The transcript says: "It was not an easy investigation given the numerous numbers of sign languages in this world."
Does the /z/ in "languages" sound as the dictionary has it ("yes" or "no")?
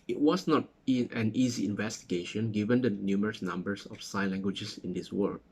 no